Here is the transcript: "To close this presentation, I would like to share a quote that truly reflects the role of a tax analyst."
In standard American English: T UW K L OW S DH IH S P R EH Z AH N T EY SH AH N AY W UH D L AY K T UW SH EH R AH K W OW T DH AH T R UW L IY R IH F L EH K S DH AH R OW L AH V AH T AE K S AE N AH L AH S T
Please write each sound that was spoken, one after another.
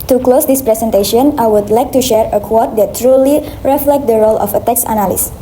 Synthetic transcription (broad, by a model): T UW K L OW S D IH S P R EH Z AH N T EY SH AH N AY W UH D L AY K T UW SH EH R AH K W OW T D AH T R UW L IY R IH F L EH K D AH R OW L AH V AH T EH K S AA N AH L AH S